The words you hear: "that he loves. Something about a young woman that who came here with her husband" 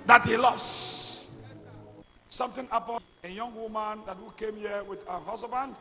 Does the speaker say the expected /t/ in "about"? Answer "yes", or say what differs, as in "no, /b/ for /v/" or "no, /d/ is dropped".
no, /t/ is dropped